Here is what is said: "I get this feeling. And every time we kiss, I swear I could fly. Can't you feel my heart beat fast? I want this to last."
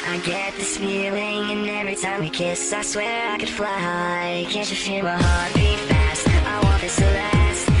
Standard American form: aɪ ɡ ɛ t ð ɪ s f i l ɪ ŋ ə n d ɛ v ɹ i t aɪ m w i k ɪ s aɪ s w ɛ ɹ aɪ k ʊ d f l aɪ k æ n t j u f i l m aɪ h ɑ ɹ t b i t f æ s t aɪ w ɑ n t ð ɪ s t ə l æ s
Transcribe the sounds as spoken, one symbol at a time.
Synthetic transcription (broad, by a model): aɪ ɡ ɛ t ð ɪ s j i l ɪ ŋ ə n ɛ v ɹ i t aɪ m w i k ɪ s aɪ s w ɛ ɹ aɪ k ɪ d f l aɪ k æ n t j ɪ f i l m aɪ h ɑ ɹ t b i f æ s t aɪ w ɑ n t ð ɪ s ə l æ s